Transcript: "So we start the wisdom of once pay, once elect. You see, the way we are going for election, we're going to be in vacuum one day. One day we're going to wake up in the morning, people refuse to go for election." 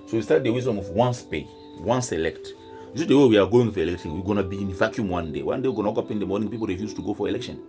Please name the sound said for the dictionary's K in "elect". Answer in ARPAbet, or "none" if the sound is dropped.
K